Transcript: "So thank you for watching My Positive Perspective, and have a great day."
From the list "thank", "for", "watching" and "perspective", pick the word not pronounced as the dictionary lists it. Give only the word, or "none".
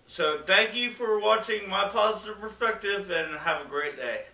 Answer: none